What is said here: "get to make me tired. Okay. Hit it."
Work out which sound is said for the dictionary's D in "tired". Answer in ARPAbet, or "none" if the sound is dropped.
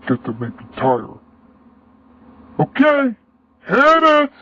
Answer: none